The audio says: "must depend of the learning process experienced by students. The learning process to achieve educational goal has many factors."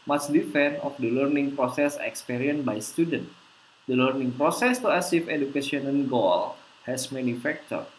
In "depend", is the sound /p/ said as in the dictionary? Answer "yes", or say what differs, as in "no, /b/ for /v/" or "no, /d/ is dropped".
no, /f/ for /p/